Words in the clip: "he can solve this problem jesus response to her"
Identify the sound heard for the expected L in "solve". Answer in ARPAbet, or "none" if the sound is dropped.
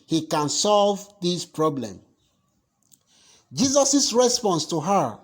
L